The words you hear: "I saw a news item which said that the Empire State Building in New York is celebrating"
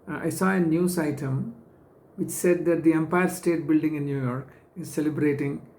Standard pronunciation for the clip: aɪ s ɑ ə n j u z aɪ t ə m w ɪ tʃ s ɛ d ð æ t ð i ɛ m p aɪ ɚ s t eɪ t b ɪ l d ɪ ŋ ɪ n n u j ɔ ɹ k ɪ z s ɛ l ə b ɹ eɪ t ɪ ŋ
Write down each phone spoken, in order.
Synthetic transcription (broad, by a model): aɪ s ɑ ə n j u s aɪ t ə m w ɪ tʃ s ɛ d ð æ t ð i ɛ m p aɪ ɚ s t eɪ t b ɪ l d ɪ ŋ ɪ n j u j ɔ ɹ k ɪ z s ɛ l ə b ɹ eɪ t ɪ ŋ